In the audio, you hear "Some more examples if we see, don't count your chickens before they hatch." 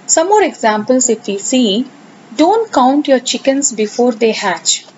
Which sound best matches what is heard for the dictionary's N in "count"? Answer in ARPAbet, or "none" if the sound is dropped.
N